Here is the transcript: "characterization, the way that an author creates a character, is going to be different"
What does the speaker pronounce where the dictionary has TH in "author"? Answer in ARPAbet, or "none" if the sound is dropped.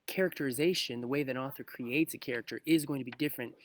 TH